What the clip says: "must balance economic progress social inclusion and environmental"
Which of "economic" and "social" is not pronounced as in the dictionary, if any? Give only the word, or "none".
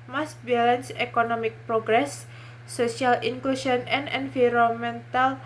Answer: social